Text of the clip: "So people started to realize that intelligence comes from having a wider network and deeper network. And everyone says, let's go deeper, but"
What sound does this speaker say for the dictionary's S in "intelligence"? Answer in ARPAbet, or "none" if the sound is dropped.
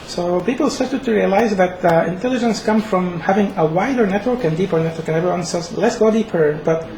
S